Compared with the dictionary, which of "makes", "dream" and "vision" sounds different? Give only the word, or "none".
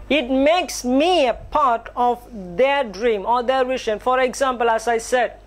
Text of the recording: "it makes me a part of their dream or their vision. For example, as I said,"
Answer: vision